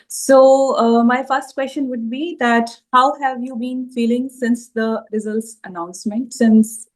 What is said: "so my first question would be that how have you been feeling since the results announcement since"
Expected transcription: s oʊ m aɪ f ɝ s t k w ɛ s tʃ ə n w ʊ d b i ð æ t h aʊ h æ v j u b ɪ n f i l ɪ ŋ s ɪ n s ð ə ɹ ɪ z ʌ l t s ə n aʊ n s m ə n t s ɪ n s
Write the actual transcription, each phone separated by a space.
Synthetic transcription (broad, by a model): s oʊ m aɪ f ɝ s t k w ɛ s tʃ ə n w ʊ d b i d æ t h aʊ h æ v j u b ɪ n f i l ɪ ŋ s ɪ n s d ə ɹ ɪ z ʌ l t s ə n aʊ n s m ə n t s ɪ n s